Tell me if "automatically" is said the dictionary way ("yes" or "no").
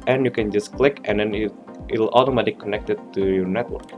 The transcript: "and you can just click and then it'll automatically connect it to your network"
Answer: no